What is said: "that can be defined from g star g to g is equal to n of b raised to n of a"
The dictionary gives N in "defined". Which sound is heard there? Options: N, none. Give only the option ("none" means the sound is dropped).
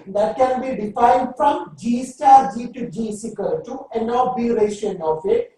N